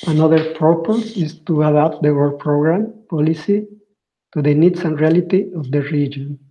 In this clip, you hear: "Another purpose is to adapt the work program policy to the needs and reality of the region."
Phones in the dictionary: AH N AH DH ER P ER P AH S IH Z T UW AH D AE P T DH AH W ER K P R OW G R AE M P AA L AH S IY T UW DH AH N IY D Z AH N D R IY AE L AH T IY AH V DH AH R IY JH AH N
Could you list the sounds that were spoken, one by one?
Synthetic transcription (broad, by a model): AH N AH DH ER P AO P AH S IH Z T UW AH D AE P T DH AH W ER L P R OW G R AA M P AA L AH S IY T UW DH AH N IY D S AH N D R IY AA L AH T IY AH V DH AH R IY JH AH N